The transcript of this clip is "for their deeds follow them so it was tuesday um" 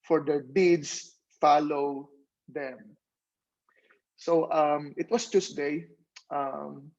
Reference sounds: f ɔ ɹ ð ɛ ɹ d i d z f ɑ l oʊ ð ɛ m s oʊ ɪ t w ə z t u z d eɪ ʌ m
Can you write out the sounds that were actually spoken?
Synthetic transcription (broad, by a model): f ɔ ɹ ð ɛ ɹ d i d s f ɑ l oʊ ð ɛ m s oʊ ɪ t w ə s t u s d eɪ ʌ m